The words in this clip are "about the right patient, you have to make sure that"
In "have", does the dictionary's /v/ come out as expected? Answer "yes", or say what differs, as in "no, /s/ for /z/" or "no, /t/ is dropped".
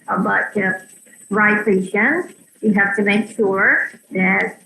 no, /f/ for /v/